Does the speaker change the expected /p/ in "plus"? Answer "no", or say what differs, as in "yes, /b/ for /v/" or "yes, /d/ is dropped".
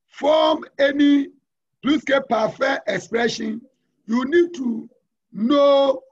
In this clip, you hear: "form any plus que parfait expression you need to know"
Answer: yes, /b/ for /p/